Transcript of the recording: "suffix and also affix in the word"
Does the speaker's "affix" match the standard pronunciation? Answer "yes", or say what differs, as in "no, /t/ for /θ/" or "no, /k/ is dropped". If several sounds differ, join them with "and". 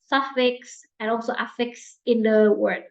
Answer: yes